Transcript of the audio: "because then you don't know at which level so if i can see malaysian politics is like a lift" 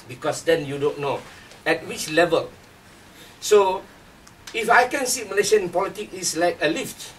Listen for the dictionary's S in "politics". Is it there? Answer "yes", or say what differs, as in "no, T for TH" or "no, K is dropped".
no, S is dropped